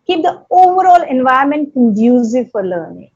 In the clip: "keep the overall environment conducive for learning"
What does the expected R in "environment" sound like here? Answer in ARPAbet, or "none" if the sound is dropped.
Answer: none